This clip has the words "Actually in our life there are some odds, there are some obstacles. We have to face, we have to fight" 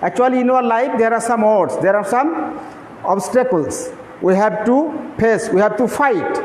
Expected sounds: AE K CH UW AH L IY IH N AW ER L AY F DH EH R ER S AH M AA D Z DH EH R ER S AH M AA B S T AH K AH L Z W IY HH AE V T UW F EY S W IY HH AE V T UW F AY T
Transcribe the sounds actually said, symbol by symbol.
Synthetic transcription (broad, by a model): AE K CH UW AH L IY IH N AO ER L AY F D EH R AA S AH M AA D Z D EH R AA S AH M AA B S T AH K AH L S W IY HH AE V T UW P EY S W IY HH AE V T UW F AY T